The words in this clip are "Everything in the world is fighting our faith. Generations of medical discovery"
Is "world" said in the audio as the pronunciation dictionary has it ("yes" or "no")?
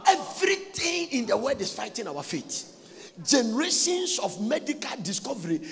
no